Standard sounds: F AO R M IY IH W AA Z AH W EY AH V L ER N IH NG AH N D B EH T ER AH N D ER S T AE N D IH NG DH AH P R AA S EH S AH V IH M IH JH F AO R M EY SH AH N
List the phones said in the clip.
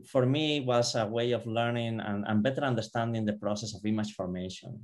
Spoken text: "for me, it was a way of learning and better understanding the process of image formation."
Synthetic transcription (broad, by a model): F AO R M IY W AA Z AH W EY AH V L ER N IH NG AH N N B EH T ER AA N D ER S T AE N D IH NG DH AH P R AA S EH S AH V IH M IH CH F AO R M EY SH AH N